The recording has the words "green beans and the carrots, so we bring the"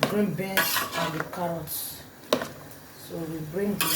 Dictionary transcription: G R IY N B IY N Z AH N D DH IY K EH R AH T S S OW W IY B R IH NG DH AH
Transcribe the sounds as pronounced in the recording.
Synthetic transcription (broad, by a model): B R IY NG B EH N S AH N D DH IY K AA R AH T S S OW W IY B R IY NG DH